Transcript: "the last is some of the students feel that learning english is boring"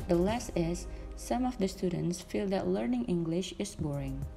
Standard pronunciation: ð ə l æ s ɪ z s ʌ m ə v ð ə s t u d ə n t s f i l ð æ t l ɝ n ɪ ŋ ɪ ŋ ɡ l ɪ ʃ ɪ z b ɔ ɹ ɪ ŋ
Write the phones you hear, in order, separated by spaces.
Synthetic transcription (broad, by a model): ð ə l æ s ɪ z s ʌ m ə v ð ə s t u d ə n t s f i l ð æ t l ɝ n ɪ ŋ ɪ ŋ ɡ l ɪ ʃ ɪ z b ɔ ɹ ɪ ŋ